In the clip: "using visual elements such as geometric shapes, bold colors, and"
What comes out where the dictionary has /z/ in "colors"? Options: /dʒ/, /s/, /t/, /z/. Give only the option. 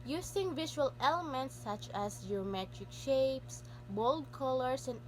/s/